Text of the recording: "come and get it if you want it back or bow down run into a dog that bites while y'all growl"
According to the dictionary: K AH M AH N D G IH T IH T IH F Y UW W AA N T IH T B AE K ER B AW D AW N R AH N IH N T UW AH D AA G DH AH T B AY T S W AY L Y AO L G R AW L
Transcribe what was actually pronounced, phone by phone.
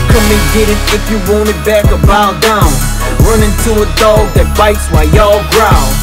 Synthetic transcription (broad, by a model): K AH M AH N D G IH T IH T IH F Y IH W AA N IH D B AE K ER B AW D AW N R AH N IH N T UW AH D AA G DH AH T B AY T S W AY Y AO L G R AW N